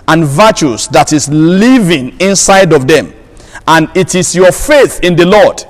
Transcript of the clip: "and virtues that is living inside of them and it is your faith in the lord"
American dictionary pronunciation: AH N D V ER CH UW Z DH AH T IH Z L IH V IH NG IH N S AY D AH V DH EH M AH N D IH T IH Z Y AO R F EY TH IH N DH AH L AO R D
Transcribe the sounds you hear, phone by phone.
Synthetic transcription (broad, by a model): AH N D V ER CH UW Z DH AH T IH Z L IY V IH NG IH N S AY D AH V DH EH M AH N IH T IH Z Y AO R F EY TH IH N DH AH L AO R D